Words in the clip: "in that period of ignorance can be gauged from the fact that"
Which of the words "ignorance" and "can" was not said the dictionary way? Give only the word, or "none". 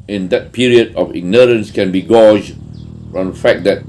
none